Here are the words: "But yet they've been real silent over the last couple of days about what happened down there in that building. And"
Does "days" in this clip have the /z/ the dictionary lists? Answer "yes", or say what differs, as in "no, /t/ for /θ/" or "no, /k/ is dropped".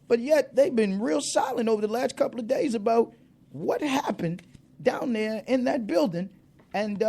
yes